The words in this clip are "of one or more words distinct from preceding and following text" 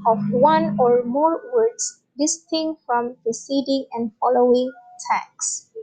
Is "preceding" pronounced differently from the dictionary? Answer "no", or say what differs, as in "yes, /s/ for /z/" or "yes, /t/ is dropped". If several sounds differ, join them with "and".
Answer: yes, /ɹ/ is dropped